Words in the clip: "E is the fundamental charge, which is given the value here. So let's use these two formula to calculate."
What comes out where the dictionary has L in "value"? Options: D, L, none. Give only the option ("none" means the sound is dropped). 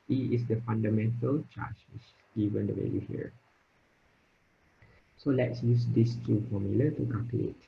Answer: none